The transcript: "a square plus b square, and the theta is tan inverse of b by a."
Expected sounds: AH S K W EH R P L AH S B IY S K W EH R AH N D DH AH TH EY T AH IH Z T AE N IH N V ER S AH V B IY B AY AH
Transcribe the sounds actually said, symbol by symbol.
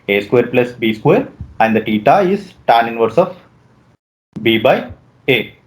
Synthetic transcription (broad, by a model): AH S K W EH R P L AH S B IY S K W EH R AH N D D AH T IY T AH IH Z T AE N IH N V ER S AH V B IY B AY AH